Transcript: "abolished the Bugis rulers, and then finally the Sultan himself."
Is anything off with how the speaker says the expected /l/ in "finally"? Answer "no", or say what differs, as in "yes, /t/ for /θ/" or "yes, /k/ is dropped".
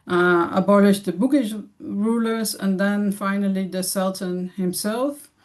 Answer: no